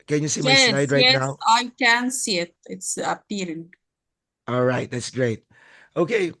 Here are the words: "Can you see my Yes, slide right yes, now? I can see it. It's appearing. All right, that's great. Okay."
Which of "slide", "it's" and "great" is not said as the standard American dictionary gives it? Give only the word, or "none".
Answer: slide